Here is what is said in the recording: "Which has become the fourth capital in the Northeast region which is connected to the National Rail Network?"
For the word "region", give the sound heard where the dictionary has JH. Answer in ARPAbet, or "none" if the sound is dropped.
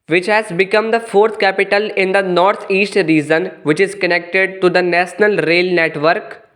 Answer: Z